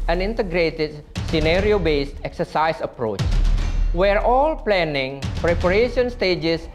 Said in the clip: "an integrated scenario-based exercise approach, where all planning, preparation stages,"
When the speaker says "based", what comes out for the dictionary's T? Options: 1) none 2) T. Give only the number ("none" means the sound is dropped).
2